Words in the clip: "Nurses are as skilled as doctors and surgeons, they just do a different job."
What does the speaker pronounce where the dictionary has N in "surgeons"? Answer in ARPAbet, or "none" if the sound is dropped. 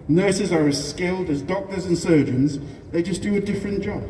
N